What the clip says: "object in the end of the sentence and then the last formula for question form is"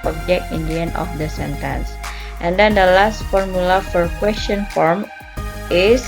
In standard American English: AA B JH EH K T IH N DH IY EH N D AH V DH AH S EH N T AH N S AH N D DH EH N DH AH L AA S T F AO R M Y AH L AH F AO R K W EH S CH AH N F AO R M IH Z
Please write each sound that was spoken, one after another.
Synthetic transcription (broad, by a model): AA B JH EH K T IH N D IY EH N AH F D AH S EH N T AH N S AH N D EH N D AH L AA S T F AO R M Y AH L AH F AO R K W EH S CH AH N F AO R M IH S